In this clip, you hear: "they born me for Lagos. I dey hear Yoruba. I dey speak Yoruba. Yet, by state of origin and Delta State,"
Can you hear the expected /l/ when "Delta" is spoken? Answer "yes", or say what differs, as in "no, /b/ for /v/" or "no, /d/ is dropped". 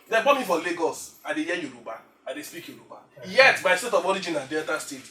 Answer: no, /l/ is dropped